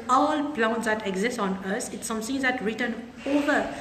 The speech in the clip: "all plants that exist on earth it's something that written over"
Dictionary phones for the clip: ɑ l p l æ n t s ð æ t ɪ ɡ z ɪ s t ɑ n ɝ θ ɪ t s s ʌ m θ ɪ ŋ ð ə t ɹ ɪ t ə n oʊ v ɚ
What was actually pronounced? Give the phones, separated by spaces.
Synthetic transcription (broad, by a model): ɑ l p l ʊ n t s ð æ t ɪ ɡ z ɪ s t ɑ n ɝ s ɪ t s s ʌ m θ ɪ ŋ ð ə t ɹ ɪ t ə n oʊ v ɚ